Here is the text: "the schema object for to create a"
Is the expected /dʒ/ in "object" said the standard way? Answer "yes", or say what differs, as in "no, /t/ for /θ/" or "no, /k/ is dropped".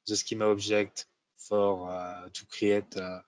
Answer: no, /ʒ/ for /dʒ/